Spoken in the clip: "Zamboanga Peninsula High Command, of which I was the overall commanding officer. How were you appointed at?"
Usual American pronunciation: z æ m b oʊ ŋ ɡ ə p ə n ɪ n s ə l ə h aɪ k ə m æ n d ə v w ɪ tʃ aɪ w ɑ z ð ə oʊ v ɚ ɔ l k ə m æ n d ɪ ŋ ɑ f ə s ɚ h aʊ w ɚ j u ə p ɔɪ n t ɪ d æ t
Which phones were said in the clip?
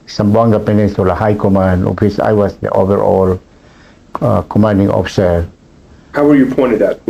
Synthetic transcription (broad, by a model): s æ m b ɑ ŋ ɡ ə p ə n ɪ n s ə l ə h aɪ k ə m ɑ n d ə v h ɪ s aɪ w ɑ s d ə oʊ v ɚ ɔ l k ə m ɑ n d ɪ ŋ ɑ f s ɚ h aʊ w ɚ j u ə p ɔɪ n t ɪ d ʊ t